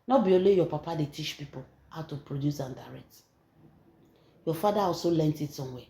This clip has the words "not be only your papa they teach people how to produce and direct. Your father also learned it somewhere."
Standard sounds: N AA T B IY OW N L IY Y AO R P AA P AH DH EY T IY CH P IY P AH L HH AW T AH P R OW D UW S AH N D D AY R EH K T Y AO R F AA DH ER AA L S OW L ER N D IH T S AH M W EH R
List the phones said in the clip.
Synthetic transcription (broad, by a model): N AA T B IY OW L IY Y AO P AA P AH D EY T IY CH P IY P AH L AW T AH P R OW D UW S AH N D D AY R EH K T Y AO F AA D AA AA L S OW L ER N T IH T S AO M W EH